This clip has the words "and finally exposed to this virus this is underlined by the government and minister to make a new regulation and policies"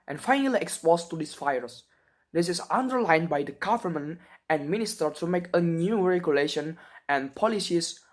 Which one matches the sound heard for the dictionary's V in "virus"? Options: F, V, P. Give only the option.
F